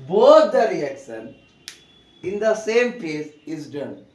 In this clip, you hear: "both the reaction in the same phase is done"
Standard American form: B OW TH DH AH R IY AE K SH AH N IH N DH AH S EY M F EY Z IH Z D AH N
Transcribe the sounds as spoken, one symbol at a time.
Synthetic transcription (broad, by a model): B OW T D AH R IY AE K SH AH N IH N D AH S EY M P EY S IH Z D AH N